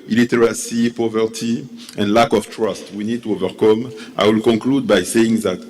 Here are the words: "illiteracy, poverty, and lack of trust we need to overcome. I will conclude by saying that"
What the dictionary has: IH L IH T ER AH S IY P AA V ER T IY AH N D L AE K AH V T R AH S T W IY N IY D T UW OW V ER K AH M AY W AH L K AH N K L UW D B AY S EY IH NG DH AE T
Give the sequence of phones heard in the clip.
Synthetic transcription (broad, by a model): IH L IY T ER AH S IY P AA V ER T IY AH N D L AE K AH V T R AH S T W IY N IY D T UW OW V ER K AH M AY W AH L K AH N K L UW D B AY S EY IH NG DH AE T